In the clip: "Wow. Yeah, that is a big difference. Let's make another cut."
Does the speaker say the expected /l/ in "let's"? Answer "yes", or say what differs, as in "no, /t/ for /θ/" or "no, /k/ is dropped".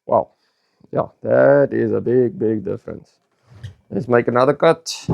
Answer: no, /n/ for /l/